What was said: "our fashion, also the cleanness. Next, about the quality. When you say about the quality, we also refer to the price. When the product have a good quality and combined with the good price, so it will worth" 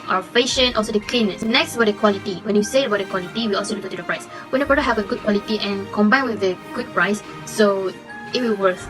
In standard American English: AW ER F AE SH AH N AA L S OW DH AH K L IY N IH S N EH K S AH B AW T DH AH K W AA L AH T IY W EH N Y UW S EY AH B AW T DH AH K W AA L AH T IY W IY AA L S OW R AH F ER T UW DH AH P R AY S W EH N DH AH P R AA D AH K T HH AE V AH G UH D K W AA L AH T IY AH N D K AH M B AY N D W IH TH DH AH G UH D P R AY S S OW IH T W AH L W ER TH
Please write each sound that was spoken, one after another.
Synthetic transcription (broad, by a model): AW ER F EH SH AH N AA L S OW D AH K L IY N IH S N EH K S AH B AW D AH K W AA L AH T IY W EH N Y UW S EY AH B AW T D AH K W AA L AH T IY W IY AA L S OW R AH ER T UW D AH P R AY S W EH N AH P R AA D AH HH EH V AH G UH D K W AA L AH T IY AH N K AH M B AY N W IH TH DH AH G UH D P R AY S S OW IH T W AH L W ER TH